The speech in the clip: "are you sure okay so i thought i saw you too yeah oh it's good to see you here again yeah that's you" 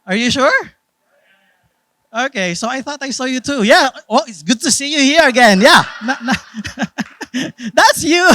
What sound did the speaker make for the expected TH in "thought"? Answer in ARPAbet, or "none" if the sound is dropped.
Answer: TH